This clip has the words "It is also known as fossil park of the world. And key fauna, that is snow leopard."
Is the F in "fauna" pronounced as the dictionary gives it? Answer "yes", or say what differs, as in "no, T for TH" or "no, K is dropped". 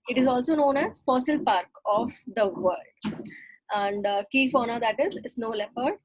yes